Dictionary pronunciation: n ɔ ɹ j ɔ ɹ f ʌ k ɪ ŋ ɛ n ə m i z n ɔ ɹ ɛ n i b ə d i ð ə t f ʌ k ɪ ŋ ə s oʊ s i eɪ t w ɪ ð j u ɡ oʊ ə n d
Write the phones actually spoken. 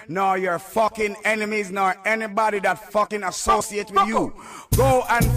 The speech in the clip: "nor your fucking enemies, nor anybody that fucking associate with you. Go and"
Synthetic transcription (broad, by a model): n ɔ j ɔ ɹ f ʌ k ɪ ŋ ɛ n ə m i z n ɔ ɹ ɛ n i b ə d i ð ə t f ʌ k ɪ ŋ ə s oʊ s i eɪ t w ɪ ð j u ɡ oʊ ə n